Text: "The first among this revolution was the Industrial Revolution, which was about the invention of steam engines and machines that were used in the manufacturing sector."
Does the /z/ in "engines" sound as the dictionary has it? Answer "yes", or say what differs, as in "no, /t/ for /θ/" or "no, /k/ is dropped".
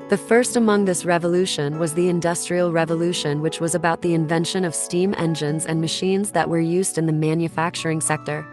yes